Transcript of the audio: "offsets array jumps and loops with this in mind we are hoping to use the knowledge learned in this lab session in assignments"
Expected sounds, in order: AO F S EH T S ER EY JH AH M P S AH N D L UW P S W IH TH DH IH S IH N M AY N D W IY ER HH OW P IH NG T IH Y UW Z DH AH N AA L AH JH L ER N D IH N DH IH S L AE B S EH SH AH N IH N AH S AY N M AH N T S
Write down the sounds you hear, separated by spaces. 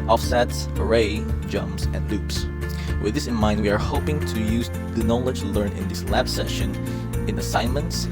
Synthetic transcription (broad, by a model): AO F S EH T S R EY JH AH M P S AH N D L UW P S W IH DH IH S IH N M AY N D W IY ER HH OW P IH NG T IH Y UW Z DH AH N AA L AH JH L ER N IH N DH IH S L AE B S EH SH AH N IH N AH S AY N M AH N T S